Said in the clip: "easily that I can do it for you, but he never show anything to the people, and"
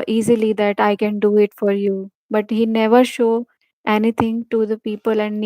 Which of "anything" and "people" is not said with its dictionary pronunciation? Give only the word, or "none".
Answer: anything